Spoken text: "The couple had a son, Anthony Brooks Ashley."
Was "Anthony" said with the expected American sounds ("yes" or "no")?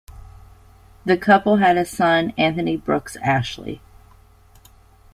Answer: yes